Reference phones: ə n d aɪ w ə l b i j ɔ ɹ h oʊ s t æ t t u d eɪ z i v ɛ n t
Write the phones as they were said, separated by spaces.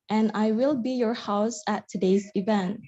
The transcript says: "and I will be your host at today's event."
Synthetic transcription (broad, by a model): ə n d aɪ w ə l b i j ɔ ɹ h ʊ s æ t t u d eɪ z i v ɛ n t